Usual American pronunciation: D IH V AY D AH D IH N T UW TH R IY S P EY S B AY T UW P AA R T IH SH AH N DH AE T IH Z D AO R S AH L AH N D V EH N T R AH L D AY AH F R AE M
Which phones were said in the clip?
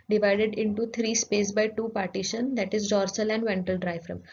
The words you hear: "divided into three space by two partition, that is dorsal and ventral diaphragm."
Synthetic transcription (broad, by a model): D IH V AY D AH D IH N T UW T R IY S P EY S B AY T UW P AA R T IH SH AH N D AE T IH Z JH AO R S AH L AH N D V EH N T AH L D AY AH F R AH M